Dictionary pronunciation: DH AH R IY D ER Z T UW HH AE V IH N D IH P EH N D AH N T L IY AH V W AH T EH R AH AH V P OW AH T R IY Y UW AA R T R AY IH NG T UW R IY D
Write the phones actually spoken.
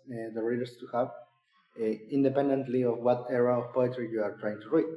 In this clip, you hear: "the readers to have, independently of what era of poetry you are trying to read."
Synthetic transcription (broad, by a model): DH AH R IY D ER S T UW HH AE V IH N D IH P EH N D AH N T L IY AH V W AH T EH R AH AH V P OW AH T R IY Y UW AA R T R AY IH NG T UW R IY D